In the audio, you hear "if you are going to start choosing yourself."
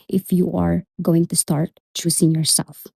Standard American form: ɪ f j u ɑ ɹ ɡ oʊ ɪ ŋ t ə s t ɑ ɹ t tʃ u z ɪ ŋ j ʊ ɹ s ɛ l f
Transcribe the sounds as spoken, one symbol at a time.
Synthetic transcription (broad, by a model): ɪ f j u ɑ ɹ ɡ oʊ ɪ ŋ t ə s t ɑ ɹ t tʃ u s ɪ ŋ j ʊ ɹ s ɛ l f